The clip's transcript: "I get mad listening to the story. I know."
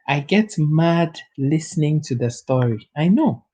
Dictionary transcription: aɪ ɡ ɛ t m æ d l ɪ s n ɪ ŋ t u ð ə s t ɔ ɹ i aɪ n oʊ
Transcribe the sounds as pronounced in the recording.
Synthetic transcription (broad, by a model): aɪ ɡ ɛ t m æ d l ɪ s n ɪ ŋ t u ð ə s t ɔ ɹ i aɪ n oʊ